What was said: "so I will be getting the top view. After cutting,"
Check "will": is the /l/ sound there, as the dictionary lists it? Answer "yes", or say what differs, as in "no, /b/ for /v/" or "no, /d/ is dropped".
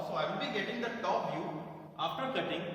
no, /n/ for /l/